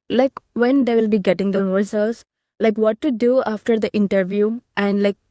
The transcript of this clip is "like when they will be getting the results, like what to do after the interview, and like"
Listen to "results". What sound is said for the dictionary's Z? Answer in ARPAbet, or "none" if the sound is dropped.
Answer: S